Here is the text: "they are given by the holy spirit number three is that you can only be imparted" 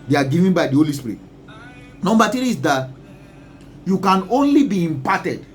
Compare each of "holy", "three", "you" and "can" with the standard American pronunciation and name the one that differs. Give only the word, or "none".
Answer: three